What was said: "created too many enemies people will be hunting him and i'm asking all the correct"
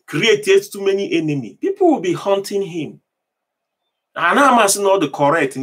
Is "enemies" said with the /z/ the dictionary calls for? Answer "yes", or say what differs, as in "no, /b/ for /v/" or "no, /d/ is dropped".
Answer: no, /z/ is dropped